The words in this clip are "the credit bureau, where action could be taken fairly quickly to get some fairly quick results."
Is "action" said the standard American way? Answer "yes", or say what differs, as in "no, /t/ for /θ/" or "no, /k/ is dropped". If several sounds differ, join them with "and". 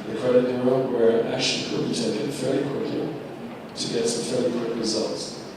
no, /l/ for /n/